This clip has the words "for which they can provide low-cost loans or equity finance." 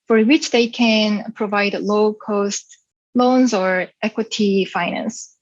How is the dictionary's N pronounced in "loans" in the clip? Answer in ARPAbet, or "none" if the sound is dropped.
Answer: N